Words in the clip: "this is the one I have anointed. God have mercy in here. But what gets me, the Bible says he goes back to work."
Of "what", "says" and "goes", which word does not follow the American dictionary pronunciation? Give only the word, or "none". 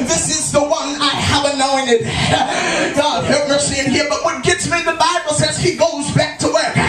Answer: none